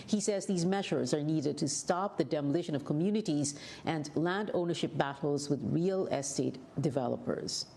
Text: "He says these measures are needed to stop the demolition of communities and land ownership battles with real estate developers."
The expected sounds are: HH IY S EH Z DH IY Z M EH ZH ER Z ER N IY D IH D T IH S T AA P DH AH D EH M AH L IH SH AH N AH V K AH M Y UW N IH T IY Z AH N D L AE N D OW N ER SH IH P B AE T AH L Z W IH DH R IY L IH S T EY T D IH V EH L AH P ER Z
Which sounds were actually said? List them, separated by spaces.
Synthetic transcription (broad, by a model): HH IY S EH Z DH IY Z M EH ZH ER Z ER N IY D IH D T IH S T AA P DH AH D EH M AH L IH SH AH N AH V K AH M Y UW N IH T IY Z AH N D L AE N D OW N ER SH IH P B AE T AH L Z W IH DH R IY L IH S T EY T D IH V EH L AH P ER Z